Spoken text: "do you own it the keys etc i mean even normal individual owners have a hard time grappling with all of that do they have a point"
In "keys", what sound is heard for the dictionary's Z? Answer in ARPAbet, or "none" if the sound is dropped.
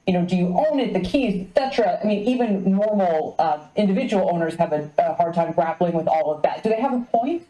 Z